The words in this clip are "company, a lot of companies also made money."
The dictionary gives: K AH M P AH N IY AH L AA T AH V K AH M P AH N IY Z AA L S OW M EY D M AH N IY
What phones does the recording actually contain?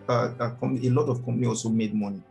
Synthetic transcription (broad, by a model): K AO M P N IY AH L AA T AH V K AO M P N IY AA L S OW M EY D M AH N IY